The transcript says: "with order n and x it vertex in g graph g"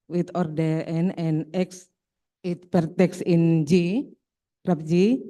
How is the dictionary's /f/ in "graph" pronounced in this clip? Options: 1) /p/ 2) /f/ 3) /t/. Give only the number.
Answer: 1